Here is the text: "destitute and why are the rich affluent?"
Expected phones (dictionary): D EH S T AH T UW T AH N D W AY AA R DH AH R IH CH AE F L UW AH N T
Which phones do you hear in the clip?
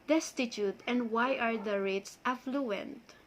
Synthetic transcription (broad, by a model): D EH S T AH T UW T AH N D W AY AA R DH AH R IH S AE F L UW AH N T